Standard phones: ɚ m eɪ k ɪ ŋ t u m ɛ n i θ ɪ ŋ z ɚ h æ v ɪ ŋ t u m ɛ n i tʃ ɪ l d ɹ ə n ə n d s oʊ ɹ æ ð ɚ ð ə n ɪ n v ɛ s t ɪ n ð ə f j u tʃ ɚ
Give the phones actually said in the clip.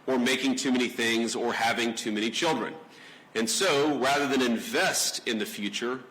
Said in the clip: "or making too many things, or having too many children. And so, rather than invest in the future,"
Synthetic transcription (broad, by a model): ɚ m eɪ k ɪ ŋ t u m ɛ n i θ ɪ ŋ z ɚ h æ v ɪ ŋ t u m ɛ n i tʃ ɪ l d ɹ ə n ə n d s oʊ ɹ æ ð ɚ ð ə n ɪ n v ɛ s t ɪ n ð ə f j u tʃ ɚ